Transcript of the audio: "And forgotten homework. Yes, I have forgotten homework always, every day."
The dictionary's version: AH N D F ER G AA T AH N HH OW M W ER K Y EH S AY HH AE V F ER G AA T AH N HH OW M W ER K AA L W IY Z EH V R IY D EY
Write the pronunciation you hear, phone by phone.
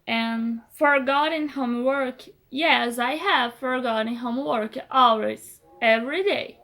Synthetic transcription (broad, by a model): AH N F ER G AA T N HH OW M W ER K Y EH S AY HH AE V F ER G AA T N HH OW M W ER K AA L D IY EH V R IY D EY